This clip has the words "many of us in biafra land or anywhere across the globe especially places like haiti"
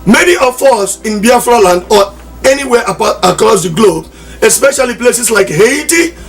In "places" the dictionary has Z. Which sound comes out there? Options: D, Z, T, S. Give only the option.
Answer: S